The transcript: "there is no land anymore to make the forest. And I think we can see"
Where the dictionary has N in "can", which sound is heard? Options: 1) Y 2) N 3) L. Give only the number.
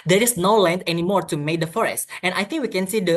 2